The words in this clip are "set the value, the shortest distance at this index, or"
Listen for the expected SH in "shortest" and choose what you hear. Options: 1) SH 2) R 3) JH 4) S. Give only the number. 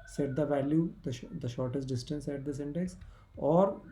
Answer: 1